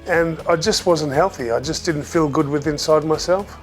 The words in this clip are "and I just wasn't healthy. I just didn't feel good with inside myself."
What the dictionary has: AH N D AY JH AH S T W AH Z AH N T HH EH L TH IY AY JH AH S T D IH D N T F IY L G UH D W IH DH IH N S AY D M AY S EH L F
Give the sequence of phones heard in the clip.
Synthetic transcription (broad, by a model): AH N AY JH AH S T W AH Z AH N T HH EH L TH IY AY JH AH S D IH D N T F IY L G UH D W IH DH IH N S AY D M AY S EH L F